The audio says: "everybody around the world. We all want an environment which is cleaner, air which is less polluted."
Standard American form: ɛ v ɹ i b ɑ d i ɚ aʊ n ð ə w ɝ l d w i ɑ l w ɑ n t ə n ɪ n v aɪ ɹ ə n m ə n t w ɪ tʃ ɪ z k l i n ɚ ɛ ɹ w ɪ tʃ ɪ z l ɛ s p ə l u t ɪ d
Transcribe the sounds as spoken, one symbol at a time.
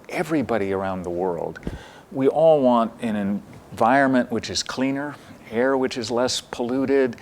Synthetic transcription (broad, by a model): ɛ v ɹ i b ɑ d i ɚ aʊ n ð ə w ɝ l d w i ɑ l w ɑ n t ə n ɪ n v aɪ ɹ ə n m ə n t w ɪ tʃ ɪ z k l i n ɚ ɛ ɹ w ɪ tʃ ɪ z l ɛ s p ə l u t ɪ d